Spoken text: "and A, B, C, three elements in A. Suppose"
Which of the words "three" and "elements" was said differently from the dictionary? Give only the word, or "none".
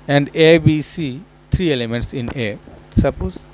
three